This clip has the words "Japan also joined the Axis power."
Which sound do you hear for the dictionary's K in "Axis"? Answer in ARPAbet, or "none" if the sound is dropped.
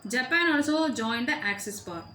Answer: K